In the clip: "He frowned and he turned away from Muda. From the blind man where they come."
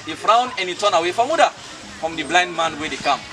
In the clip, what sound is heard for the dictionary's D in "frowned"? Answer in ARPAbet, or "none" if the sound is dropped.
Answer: none